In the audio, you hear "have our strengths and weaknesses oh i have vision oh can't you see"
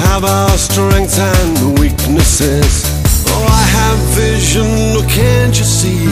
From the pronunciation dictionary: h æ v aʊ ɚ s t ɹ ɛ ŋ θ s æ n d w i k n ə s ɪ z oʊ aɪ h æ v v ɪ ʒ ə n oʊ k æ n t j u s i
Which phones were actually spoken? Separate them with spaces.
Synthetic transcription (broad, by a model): h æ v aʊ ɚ s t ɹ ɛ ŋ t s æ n w i k n ə s ɪ z oʊ aɪ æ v v ɪ ʒ ə n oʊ k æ n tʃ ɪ s i